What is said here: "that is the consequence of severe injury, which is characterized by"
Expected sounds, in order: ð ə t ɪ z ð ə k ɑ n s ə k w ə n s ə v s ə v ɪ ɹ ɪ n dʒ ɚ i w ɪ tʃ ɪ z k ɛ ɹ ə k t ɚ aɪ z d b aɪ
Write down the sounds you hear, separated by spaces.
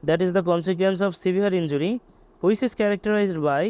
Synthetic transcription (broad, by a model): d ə t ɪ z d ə k ɑ n s ə k w ə n s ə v s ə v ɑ ɹ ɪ n dʒ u i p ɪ s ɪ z k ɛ ɹ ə k t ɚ aɪ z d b aɪ